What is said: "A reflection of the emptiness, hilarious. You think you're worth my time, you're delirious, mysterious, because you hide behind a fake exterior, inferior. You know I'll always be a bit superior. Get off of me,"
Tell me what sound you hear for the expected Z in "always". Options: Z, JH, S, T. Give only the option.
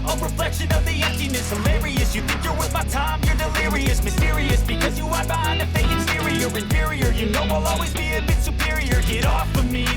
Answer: Z